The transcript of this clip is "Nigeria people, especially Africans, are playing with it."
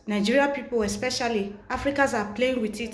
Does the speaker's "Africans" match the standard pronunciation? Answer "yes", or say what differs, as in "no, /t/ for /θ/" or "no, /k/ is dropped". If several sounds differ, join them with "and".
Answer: no, /n/ is dropped